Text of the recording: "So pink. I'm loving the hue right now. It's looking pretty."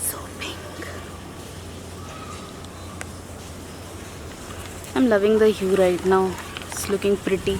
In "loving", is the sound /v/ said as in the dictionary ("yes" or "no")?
yes